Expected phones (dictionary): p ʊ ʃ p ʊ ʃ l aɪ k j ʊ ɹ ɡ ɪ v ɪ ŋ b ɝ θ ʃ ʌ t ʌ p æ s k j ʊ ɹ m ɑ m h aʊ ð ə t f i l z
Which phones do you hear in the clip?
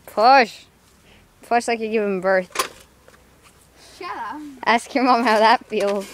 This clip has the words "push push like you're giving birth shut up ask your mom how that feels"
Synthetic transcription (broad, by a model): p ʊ ʃ p ʊ ʃ l aɪ k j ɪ ɡ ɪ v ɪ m b ɝ θ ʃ t æ s k j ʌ ɹ m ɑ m h aʊ ð ə t f i l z